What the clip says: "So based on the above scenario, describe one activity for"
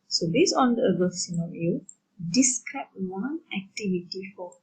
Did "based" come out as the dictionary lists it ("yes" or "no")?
no